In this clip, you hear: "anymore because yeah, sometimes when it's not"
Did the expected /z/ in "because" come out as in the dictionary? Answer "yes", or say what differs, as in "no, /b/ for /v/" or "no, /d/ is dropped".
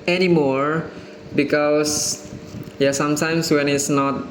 no, /s/ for /z/